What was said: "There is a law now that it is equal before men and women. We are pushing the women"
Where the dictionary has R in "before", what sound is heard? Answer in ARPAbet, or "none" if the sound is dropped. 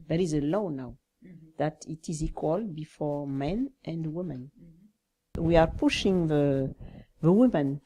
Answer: R